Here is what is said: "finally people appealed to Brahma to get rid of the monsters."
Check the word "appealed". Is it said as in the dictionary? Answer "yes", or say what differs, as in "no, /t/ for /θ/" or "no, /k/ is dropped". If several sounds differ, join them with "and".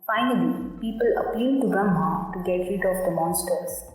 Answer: no, /l/ is dropped